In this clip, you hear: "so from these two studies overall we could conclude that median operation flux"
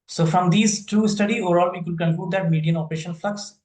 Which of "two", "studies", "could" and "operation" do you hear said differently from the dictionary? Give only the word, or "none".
studies